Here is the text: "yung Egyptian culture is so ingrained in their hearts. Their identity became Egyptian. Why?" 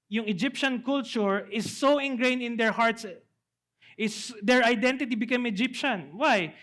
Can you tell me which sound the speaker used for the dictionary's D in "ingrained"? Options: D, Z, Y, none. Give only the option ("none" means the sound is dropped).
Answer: none